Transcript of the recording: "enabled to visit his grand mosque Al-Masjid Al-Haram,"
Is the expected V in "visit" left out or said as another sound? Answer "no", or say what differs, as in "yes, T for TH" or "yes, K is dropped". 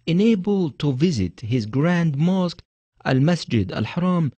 no